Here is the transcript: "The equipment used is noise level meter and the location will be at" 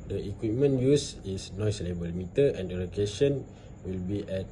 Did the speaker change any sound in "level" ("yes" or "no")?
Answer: yes